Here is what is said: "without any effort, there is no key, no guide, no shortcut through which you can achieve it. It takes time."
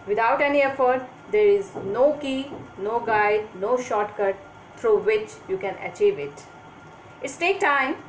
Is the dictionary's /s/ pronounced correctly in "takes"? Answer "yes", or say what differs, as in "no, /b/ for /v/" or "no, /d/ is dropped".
no, /s/ is dropped